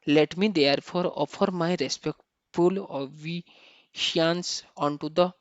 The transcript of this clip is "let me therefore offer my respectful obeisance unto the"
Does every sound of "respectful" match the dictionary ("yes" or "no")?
yes